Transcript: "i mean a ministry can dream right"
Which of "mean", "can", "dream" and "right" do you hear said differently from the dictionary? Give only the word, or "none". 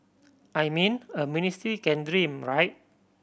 none